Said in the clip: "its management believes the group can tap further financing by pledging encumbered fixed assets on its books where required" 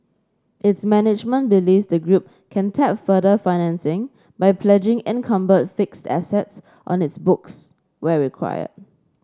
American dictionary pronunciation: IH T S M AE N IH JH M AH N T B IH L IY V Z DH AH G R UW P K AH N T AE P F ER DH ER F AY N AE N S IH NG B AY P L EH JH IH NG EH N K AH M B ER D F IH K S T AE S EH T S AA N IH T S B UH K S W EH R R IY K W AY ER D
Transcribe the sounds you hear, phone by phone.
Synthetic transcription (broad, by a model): IH T S M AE N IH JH M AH N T B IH L IY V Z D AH G R UW P K AH N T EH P F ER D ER F AY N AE N S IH NG B AY P L EH JH IH NG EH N K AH M B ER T F IH K S T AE S EH T S AA N IH T S B UH K S W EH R R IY K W AY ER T